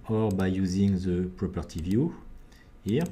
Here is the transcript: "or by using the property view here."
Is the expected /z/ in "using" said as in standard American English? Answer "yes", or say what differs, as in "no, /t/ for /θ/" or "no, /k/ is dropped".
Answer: yes